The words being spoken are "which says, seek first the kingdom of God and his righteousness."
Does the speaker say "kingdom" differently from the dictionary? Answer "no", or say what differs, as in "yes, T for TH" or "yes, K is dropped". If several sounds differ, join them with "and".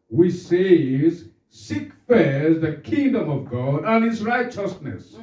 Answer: no